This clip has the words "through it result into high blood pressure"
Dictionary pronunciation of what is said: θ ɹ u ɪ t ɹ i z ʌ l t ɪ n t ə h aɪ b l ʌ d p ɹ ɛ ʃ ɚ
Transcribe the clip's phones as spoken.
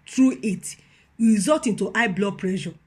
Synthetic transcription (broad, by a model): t ɹ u ɪ t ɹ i z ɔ t ɪ n t ə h aɪ b l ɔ p ɹ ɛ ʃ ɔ